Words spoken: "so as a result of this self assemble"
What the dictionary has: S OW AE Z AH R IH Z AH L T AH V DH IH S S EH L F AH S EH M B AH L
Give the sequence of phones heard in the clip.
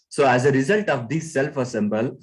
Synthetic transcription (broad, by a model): S OW AE Z AH R IH Z AH L T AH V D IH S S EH L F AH S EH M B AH L